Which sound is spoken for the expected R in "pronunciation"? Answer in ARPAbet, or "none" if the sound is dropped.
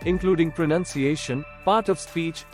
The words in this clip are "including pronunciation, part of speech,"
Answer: R